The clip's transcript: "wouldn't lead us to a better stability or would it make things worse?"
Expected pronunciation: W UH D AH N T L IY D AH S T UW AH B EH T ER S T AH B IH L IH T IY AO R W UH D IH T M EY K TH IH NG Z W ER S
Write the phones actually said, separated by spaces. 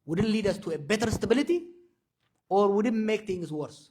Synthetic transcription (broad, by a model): W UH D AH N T L IY D AH S T UW AH B EH T ER S T AH B IH L IH T IY AO R W UH D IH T M EY K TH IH NG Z W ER S